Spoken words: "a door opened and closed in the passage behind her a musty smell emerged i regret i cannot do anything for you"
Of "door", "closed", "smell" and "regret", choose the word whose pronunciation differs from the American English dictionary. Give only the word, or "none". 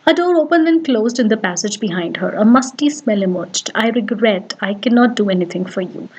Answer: none